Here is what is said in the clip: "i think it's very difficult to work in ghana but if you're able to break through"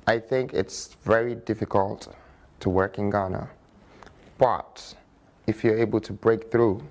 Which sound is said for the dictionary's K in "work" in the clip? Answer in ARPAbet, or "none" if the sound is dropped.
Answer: K